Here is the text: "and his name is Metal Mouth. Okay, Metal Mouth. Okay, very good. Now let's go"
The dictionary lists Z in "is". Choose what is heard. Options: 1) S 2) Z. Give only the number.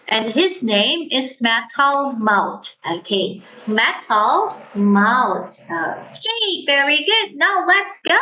2